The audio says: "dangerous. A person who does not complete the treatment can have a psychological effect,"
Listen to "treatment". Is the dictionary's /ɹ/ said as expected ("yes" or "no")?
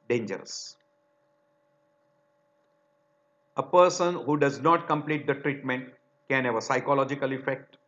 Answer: yes